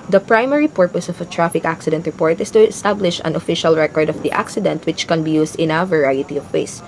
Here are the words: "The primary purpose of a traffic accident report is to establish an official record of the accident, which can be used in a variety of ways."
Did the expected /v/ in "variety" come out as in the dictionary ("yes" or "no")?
yes